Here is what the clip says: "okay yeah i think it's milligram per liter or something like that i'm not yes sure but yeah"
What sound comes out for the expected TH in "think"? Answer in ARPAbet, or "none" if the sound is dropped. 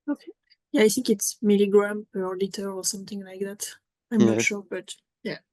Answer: TH